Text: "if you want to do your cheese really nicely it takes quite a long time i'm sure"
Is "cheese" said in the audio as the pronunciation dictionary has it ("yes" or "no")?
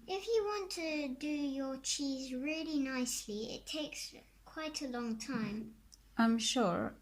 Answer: yes